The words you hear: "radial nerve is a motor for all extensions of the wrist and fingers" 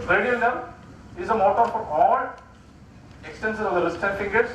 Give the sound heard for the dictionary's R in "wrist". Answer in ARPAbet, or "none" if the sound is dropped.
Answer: L